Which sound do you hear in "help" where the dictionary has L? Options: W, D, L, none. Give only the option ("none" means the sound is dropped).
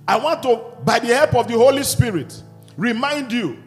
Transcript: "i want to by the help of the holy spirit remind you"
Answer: L